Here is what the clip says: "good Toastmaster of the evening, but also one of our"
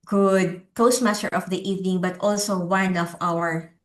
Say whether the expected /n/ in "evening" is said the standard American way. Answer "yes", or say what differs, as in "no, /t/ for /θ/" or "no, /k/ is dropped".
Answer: yes